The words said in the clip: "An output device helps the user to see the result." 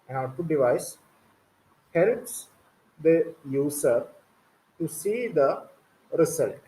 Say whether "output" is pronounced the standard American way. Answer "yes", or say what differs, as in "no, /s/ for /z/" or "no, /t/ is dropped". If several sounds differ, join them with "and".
no, /p/ is dropped